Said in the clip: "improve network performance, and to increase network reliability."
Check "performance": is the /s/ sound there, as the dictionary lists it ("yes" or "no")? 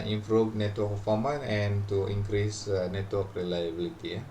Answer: no